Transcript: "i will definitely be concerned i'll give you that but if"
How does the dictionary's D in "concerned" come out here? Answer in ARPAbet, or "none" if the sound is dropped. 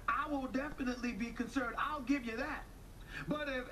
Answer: D